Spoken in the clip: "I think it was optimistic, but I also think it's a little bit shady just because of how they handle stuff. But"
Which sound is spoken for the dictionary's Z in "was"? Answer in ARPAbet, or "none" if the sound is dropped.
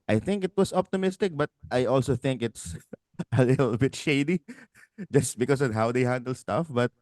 S